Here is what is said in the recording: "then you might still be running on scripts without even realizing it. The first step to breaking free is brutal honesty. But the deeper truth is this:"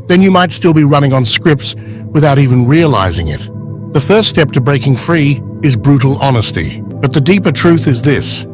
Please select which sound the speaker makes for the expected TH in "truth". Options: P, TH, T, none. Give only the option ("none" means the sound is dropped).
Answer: TH